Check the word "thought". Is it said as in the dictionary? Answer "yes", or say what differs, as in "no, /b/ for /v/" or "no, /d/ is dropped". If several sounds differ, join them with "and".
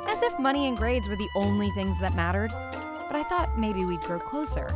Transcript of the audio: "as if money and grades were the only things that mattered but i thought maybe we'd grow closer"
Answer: yes